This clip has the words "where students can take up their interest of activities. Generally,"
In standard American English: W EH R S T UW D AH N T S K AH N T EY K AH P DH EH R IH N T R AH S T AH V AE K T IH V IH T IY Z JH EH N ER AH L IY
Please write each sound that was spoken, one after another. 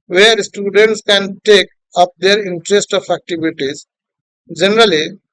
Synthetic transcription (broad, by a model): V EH R S T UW D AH N T S K AH N T EY K AH P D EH R IH N T R AH S T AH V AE K T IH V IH T IY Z JH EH N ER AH L IY